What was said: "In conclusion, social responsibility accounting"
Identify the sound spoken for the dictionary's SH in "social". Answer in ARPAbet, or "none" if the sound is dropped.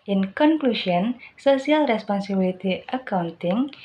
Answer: S